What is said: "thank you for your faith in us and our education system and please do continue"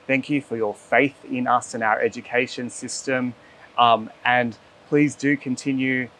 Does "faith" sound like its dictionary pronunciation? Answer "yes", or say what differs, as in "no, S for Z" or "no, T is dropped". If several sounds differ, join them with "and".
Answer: yes